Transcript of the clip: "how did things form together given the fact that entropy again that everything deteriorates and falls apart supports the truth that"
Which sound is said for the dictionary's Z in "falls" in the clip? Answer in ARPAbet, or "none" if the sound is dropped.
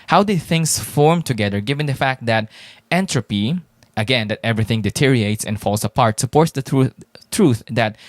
S